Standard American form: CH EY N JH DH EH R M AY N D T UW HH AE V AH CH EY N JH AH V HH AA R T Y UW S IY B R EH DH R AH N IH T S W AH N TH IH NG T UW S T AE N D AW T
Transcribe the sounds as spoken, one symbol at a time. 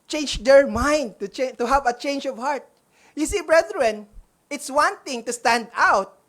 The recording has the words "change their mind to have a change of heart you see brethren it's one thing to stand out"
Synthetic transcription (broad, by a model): CH EY N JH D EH R M AY N D T UW HH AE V AH CH EY N JH AH V HH AA R T Y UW S IY B R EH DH R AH N IH T S W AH N T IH NG T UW S T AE N D AW T